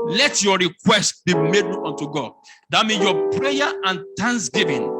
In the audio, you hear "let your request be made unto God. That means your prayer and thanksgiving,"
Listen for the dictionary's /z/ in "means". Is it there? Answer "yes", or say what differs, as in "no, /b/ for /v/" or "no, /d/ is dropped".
no, /z/ is dropped